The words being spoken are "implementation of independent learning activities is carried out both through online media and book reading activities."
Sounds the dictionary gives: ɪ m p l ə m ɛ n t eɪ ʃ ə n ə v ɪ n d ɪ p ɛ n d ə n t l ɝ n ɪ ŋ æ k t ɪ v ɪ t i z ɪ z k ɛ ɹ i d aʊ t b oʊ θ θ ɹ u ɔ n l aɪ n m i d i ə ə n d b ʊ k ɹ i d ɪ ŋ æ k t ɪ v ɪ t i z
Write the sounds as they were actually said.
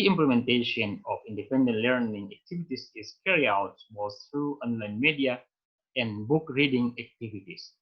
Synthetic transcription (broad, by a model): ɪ m p l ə m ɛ n t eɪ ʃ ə n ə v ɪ n d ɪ p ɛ n d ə n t l ɝ n ɪ ŋ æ k t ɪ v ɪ t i s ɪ s k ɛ ɹ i aʊ t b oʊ s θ ɹ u ɔ n l aɪ n m i d i ə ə n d b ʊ k ɹ i d ɪ ŋ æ k t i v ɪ t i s